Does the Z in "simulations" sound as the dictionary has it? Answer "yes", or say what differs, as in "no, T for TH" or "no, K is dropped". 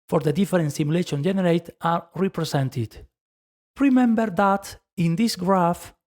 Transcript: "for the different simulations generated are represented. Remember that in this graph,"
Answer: no, Z is dropped